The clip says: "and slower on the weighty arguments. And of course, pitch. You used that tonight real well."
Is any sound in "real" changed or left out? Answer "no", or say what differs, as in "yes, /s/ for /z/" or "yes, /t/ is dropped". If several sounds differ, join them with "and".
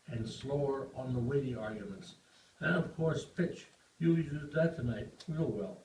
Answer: yes, /w/ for /ɹ/